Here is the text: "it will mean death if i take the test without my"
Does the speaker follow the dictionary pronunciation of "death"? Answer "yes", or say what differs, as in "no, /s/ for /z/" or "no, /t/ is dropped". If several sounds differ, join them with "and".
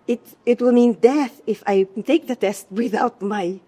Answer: yes